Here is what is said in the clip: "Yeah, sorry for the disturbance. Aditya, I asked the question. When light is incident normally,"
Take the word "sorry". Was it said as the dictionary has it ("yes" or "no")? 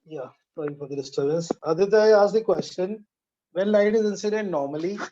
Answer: no